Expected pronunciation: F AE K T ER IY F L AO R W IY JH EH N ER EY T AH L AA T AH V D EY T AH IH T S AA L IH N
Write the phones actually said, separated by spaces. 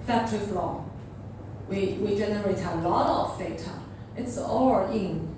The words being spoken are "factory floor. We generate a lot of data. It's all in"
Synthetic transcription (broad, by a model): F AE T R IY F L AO W W IY JH EH N ER EY T AH L AA T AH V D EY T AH IH T S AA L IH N